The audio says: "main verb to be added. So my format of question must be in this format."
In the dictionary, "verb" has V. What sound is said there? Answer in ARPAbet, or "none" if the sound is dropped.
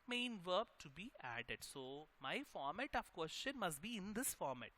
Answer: V